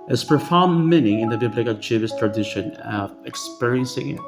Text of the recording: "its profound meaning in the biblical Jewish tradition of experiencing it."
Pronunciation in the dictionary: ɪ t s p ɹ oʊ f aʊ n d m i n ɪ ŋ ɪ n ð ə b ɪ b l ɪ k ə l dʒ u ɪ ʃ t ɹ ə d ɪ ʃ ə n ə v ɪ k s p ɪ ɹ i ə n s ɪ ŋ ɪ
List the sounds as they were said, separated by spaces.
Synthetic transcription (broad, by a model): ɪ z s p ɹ f aʊ n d m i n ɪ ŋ ɪ n ð ə b ɪ b l ɪ k ə l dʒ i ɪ s t ɹ ə d ɪ ʃ ə n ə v ɪ k s p ɪ ɹ i ə n s ɪ ŋ